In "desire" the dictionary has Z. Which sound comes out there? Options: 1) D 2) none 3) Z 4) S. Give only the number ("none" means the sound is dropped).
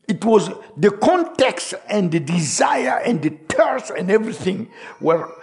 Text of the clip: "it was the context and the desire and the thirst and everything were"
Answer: 3